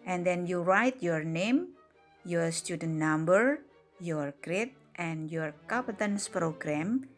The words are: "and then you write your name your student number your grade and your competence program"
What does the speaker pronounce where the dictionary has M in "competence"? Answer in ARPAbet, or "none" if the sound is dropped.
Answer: none